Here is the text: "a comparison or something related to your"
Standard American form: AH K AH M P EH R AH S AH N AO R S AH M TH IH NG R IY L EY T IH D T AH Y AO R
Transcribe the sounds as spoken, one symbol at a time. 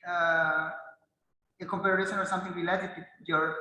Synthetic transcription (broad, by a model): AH K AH M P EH R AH SH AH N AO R S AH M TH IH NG W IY L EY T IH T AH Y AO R